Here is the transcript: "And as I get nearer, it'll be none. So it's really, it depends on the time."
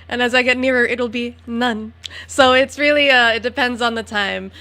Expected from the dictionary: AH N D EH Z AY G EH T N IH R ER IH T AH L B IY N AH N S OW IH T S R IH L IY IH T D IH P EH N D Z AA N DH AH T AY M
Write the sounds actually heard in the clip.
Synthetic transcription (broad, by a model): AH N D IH Z AY G EH T N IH R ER IH T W L B IY N AH N S OW IH T S R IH L IY IH T D IH P EH N D Z N DH AH T AY M